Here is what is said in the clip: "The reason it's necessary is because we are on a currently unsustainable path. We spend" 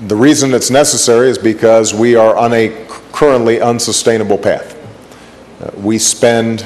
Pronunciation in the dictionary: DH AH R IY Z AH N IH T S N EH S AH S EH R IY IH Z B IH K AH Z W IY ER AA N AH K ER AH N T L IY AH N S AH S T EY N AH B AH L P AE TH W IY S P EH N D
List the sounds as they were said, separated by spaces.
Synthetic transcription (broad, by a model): DH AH R IY Z AH N IH T S N EH S AH S EH R IY IH Z B IH K AH Z W IY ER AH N AH K ER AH N T L IY AH N S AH S T EY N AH B L P AE TH W IY S P EH N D